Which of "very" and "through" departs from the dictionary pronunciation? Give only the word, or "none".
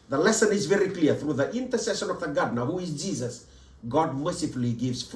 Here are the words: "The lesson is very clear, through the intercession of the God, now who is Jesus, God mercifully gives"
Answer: none